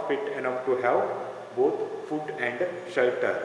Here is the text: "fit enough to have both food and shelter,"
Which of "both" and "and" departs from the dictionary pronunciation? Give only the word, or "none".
both